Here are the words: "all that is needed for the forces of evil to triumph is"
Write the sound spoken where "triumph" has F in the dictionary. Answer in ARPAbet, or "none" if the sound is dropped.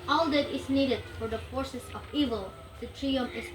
none